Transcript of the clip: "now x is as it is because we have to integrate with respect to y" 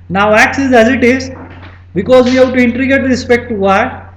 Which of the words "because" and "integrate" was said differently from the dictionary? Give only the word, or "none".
integrate